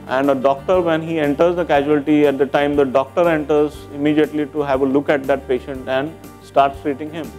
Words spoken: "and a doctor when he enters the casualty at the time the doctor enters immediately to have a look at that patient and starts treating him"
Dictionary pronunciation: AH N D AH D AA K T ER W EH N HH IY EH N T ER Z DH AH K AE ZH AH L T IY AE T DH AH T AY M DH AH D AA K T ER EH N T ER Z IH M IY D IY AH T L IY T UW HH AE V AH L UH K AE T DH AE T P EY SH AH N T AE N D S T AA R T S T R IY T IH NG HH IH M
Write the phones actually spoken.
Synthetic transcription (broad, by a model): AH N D AH D AA K T ER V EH N HH IY EH N T ER Z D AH K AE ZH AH L T IY AE T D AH T AY M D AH D AA K T ER EH N T ER Z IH M IY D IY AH T L IY T UW HH AE V AH L UH K AE T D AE T P EY SH AH N T AE N D S T AA R T S T R IY T IH NG HH IH M